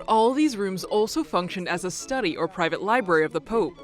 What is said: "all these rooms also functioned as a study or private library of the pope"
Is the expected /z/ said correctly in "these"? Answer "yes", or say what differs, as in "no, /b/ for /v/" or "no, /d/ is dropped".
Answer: yes